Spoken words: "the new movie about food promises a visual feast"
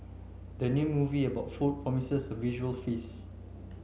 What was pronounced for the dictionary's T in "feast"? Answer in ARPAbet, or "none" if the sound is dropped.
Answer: none